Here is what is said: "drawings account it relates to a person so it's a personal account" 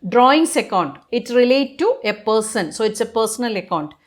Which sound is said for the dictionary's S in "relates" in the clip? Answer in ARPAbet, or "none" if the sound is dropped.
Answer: none